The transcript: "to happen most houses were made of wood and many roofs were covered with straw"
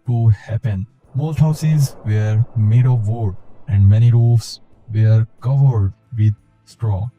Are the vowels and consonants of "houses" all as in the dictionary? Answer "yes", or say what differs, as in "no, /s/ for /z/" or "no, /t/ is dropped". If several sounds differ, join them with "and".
yes